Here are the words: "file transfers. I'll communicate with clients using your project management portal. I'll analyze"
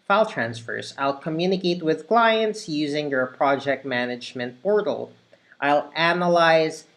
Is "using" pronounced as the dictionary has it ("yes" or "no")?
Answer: yes